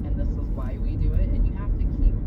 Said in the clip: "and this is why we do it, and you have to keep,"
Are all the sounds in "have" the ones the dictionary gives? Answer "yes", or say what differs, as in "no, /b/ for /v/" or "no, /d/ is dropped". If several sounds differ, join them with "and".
no, /f/ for /v/